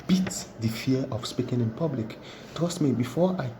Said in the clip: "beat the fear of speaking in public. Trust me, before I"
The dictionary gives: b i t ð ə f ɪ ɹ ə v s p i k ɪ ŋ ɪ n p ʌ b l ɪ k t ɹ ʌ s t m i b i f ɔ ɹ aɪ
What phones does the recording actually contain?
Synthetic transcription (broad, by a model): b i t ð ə f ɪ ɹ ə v s p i k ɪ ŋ ɪ n p ʌ b l ɪ k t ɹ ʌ s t m i b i f ɔ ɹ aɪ